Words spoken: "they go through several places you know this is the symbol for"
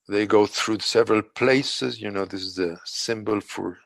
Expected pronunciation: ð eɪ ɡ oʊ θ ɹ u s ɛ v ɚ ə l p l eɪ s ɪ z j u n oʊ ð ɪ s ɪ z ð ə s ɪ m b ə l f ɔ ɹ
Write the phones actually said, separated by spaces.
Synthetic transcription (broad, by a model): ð eɪ ɡ oʊ θ ɹ u s ɛ v ɚ ə l p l eɪ s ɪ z j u n oʊ ð ɪ s ɪ z ð ə s ɪ m b ə l f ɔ ɹ